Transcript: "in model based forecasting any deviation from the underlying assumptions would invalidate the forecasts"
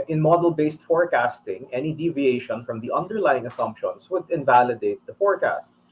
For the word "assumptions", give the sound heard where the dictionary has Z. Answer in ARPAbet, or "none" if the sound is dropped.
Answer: S